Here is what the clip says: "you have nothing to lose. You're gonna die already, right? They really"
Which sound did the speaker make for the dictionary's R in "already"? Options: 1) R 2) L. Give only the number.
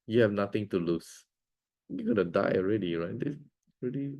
1